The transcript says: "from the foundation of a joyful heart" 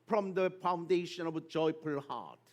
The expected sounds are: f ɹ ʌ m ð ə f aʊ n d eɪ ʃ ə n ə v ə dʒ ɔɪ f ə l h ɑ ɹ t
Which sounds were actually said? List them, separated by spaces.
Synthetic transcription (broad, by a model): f ɹ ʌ m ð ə f aʊ n d eɪ ʃ ə n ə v ə dʒ ɔɪ p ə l h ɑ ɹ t